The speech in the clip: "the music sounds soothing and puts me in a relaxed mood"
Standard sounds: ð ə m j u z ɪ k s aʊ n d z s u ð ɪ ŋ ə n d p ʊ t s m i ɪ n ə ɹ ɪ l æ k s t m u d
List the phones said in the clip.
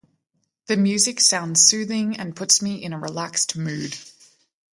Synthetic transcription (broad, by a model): ð ə m j u z ɪ k s aʊ n d z s u ð ɪ ŋ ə n p ʊ t s m i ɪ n ə ɹ ɪ l æ k s t m u d